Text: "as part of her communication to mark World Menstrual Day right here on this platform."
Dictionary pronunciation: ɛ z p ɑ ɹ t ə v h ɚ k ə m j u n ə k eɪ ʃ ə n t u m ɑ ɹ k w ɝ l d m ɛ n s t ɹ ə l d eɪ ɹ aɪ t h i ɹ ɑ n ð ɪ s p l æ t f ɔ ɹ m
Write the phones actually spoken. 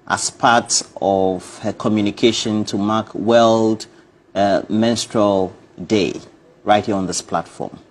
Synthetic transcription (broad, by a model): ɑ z p ɑ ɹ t ə v h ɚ k ə m j u n ə k eɪ ʃ ə n t u m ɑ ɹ k w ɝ l d m ɛ n s t ɹ ə l d eɪ ɹ aɪ t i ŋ ɑ n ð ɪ s p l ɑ t f ɔ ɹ m